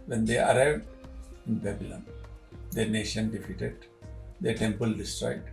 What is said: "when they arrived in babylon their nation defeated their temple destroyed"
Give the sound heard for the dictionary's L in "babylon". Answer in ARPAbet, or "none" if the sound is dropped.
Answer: L